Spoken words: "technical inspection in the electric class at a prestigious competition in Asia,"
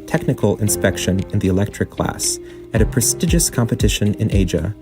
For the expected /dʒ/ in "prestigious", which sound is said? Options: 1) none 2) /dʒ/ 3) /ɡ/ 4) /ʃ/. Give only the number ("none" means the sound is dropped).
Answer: 2